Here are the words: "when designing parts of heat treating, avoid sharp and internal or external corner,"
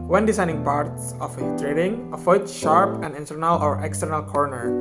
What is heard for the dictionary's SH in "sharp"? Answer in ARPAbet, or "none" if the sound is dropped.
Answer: SH